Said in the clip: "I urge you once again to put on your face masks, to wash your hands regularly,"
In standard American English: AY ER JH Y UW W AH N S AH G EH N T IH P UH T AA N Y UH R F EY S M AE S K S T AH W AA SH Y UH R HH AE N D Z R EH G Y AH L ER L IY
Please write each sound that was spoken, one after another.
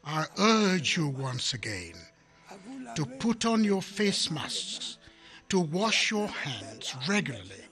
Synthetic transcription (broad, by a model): AY ER JH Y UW W AH N S AH G EH N T IH P UH T N Y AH R F EY S M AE S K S T AH W AA SH Y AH R HH AE N D Z R EH G Y L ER L IY